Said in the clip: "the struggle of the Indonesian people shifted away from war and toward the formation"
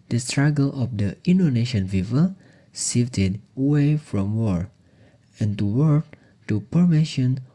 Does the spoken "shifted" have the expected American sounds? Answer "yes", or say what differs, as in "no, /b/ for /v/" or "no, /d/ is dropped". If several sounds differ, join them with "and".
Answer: no, /s/ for /ʃ/